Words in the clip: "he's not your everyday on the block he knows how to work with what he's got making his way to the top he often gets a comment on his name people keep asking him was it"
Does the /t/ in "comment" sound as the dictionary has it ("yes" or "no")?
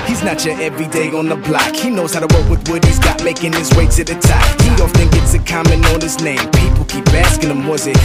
no